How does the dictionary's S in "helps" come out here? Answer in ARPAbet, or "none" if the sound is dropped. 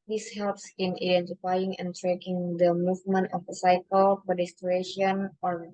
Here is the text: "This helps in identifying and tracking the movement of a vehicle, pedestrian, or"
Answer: S